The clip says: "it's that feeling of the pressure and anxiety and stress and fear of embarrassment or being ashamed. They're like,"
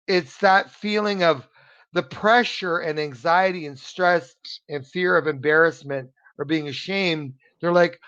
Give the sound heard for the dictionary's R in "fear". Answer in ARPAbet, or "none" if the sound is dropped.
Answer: R